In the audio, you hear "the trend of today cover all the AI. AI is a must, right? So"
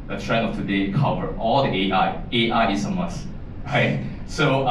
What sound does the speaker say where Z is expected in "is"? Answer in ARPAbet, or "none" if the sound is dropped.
S